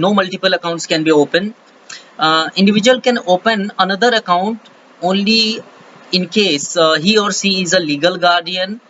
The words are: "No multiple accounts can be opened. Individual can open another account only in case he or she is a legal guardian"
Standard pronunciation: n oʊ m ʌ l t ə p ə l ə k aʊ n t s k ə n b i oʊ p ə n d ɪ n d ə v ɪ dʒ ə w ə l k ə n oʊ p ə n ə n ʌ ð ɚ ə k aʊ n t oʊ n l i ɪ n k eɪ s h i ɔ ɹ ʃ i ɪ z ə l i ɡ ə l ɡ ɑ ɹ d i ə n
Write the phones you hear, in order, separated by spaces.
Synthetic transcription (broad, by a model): n oʊ m ʌ l t ə p ə l ə k aʊ n t s k ə n b i oʊ p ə n ɪ n d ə v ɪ dʒ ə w ə l k ə n oʊ p ə n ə n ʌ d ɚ ə k aʊ n t oʊ n l i ɪ n k eɪ s h i ɔ ɹ s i ɪ z ə l i ɡ ə l ɡ ɑ ɹ d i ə n